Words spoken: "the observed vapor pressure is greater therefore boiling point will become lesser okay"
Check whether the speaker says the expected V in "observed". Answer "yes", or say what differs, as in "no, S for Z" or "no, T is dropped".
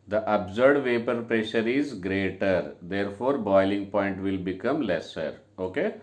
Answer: no, V is dropped